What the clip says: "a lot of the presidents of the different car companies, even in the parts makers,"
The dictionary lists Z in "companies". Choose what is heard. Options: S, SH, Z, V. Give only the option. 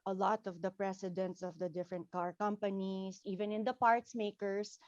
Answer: S